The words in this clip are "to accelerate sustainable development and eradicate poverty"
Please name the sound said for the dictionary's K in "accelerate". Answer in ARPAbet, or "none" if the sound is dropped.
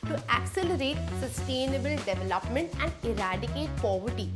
K